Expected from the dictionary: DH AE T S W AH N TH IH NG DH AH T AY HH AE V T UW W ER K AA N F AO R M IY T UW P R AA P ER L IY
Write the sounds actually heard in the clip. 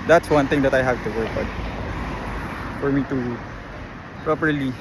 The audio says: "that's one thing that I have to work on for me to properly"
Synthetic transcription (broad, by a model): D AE T S W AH N T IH NG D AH T AY HH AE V T UW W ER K AA N F AO R M IY T UW P R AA P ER L IY